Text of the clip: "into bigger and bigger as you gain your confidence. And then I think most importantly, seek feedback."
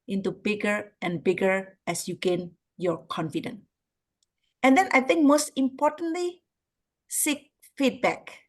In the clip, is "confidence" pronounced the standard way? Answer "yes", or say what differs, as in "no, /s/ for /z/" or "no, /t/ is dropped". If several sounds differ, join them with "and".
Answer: no, /s/ is dropped